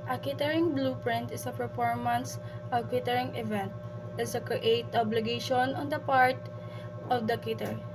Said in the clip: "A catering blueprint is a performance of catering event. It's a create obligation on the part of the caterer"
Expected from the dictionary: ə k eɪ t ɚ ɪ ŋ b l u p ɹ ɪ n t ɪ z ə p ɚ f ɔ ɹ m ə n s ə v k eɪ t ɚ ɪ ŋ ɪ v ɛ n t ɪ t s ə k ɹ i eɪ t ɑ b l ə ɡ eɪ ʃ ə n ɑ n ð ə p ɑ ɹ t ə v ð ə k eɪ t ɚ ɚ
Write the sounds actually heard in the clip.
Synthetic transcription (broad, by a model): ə k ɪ t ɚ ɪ ŋ b l u p ɹ ɪ n t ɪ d ə p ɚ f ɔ ɹ m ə n s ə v k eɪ t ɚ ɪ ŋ ɪ v ɛ n t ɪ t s ə k ɹ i eɪ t ɑ b l ə ɡ eɪ ʃ ə n ɑ n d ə p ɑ ɹ t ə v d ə k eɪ t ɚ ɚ